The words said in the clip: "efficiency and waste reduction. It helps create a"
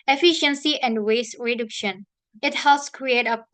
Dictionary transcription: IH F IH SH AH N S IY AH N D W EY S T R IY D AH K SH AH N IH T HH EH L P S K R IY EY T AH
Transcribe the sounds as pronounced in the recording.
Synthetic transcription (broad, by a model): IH F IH SH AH N S IY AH N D W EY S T R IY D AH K SH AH N IH T HH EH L S K R IY EY T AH